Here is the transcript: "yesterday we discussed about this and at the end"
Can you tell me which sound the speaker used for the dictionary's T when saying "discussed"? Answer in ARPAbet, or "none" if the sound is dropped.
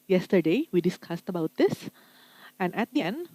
T